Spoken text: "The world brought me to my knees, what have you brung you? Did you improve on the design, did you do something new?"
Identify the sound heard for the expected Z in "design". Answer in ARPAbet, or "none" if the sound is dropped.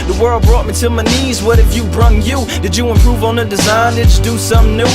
Z